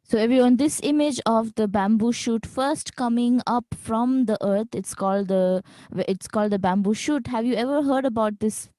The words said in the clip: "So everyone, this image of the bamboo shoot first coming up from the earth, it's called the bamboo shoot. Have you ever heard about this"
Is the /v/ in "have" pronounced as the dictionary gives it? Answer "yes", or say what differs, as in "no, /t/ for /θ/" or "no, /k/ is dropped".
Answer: yes